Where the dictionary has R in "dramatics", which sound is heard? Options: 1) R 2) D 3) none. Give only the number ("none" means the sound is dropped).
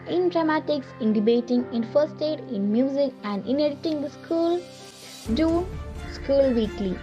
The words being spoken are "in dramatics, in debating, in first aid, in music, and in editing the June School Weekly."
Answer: 1